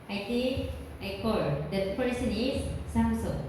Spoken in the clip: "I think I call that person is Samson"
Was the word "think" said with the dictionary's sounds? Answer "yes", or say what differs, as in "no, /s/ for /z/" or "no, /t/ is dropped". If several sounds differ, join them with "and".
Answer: no, /t/ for /θ/